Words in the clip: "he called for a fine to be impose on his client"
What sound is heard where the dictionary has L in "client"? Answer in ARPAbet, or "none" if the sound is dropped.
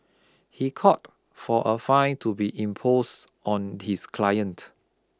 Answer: L